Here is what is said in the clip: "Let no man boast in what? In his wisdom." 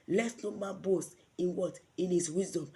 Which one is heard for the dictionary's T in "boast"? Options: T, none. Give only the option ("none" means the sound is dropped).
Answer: none